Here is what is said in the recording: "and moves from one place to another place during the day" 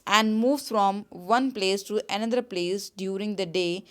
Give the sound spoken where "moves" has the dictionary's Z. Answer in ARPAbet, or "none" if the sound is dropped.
none